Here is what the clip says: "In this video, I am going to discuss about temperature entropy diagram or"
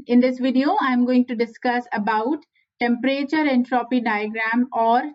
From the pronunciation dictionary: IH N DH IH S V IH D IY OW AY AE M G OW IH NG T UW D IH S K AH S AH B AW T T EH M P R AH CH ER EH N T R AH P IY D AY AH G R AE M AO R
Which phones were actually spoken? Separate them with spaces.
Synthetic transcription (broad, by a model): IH N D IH S V IH D IY OW AY M G OW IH NG T UW D IH S K AH S AH B AW T T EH M P R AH CH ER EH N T R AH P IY D AY AH G R AE M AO R